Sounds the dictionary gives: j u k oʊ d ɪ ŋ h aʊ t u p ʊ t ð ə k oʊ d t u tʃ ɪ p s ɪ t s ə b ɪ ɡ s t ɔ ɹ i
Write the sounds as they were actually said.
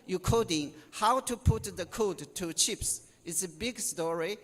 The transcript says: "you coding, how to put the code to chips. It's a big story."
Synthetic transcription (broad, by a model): j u k oʊ d ɪ ŋ h aʊ t u p ʊ t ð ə k oʊ d t u tʃ ɪ p s ɪ t s ə b ɪ ɡ s t ɔ ɹ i